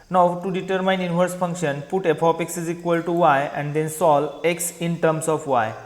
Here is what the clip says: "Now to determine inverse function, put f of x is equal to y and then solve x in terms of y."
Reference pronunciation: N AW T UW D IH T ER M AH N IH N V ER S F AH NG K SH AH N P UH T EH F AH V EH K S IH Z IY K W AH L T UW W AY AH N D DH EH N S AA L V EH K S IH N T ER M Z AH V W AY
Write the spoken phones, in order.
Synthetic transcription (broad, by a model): N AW T UW D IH T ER M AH N IH N V ER S F AH NG K SH AH N P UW T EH P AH P EH K S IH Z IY K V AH L T UW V AY AH N D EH N S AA L EH K S IH N T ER M S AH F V AY